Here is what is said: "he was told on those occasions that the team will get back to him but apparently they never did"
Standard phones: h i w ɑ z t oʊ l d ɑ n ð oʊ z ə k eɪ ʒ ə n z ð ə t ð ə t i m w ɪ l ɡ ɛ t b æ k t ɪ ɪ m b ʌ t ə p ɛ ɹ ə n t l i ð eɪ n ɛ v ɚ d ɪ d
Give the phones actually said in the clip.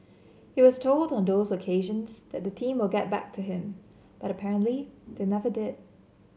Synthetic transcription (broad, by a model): h i w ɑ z t oʊ l d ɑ n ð oʊ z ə k eɪ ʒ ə n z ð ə t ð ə t i m w ɪ l ɡ ɛ t b æ k t ɪ ɪ m b ʌ t ə p ɛ ɹ ə n t l i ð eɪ n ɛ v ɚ d ɪ d